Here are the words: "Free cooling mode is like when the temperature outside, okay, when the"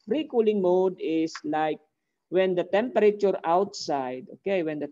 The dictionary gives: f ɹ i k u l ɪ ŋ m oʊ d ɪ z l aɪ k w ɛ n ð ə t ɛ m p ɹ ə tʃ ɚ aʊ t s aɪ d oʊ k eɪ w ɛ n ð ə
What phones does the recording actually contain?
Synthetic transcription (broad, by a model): ɹ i k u l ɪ ŋ m oʊ d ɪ s l aɪ k w ɛ n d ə t ɛ m p ɹ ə tʃ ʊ aʊ t s aɪ d oʊ k eɪ w ɛ n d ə